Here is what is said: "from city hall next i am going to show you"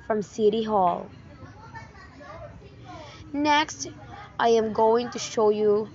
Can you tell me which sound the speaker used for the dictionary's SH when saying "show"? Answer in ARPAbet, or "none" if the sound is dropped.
SH